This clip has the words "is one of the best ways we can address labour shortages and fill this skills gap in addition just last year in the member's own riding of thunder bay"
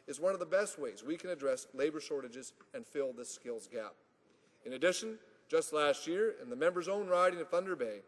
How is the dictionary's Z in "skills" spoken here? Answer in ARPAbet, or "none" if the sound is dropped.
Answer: Z